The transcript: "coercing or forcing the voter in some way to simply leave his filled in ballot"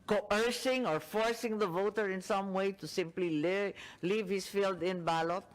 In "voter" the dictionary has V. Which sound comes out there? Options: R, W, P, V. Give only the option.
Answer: V